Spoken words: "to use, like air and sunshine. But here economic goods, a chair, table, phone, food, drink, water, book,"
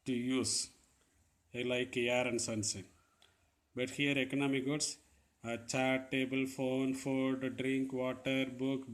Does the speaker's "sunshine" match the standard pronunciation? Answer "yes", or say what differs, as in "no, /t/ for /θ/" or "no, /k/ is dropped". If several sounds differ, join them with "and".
no, /s/ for /ʃ/